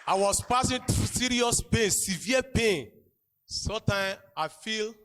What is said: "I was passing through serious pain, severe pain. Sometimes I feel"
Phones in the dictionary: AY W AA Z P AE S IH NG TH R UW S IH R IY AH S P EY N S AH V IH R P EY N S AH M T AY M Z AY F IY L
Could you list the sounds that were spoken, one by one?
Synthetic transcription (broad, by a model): AY W AA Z P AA S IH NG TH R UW S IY R IY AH S P EY N S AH V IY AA P EY N S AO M T AY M AY F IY L